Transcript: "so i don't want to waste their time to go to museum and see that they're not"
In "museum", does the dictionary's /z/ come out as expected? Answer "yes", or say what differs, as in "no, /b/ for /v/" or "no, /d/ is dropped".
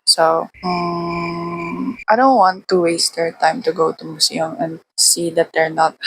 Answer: no, /s/ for /z/